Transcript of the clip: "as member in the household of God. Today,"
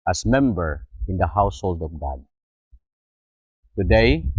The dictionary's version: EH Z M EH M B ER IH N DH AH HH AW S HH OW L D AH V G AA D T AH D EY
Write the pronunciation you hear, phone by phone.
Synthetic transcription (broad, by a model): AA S M EH M B ER IH N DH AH HH AW S HH OW L D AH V G AA D T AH D EY